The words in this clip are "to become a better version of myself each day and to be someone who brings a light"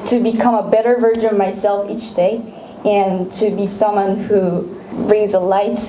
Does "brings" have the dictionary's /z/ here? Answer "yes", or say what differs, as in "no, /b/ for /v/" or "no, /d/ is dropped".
yes